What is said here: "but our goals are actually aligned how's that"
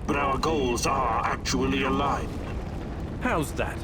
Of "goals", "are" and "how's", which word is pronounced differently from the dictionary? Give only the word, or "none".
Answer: none